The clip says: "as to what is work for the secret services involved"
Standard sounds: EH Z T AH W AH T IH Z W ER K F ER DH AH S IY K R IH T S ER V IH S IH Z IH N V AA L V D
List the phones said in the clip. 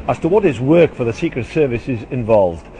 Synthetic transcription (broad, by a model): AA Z T AH W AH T IH Z W ER K F ER DH AH S IY K R IH T S ER V IH S IH Z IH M V AA L V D